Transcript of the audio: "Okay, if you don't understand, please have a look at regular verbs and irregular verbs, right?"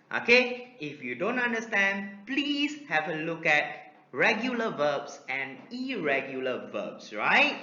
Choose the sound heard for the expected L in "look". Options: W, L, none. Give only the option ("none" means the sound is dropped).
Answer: L